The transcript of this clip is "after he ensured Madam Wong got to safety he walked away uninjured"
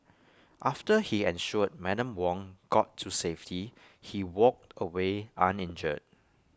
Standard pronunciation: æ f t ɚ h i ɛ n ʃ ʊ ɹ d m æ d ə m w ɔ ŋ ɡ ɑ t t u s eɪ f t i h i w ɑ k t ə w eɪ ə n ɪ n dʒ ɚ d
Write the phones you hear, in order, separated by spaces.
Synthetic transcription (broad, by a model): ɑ f t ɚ h i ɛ n ʃ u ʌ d m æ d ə m w ɔ ŋ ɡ ɑ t t u s eɪ f t i h i w ɑ k t ə w eɪ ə n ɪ n dʒ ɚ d